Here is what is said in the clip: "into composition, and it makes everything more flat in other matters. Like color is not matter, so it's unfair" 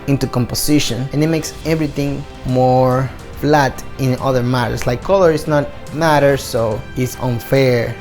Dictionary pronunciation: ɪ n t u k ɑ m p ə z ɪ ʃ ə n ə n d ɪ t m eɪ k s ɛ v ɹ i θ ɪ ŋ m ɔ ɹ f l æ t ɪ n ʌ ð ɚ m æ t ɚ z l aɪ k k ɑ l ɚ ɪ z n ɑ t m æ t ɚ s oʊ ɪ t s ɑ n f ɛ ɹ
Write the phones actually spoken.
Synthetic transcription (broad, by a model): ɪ n t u k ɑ m p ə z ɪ ʃ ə n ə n ɪ t m eɪ k s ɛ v ɹ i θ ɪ ŋ m ɔ ɹ f l æ t ɪ n ʌ ð ɚ m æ t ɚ s l aɪ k k ɑ l ɚ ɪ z n ɑ t m æ t ɚ s oʊ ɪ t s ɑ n f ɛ ɹ